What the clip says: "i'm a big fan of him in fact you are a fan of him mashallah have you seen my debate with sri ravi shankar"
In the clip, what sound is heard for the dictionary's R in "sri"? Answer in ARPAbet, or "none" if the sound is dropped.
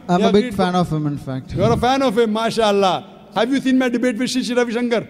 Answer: none